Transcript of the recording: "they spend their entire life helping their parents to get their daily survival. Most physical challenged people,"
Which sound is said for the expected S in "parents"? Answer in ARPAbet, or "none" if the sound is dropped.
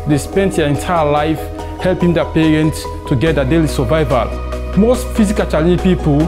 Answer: S